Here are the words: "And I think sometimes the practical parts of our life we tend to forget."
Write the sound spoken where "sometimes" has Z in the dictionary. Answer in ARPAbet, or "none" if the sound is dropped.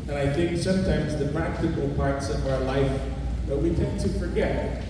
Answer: Z